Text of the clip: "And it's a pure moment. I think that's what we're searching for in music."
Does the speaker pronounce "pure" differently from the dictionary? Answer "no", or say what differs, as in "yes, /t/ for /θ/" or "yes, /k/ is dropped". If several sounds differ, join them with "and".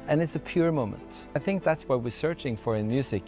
no